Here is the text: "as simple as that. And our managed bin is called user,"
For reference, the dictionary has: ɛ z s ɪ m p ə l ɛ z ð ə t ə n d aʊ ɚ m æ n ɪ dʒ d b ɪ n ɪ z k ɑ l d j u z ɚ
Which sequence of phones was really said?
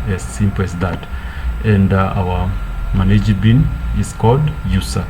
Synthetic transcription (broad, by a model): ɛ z s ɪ m p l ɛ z ð ə t ə n d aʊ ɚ m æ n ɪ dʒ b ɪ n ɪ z k ɑ l d j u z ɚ